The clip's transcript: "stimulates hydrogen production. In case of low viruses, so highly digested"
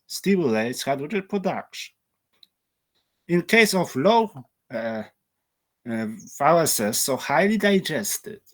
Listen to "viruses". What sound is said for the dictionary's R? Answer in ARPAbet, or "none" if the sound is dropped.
L